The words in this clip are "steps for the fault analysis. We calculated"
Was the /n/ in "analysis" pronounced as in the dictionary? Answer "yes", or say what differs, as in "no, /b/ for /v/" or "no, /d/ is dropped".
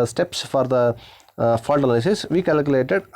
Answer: no, /l/ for /n/